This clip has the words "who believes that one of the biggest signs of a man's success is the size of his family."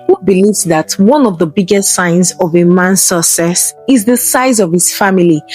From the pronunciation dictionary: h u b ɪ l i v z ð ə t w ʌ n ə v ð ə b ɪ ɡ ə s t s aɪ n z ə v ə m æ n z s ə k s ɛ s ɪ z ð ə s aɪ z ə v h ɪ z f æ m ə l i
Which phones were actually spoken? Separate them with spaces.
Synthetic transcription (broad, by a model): h u b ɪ l i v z ð ə t w ʌ n ə v ð ə b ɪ ɡ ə s t s aɪ n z ə v ə m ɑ n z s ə s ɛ s ɪ z ð ə s aɪ z ə v h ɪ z f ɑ m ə l i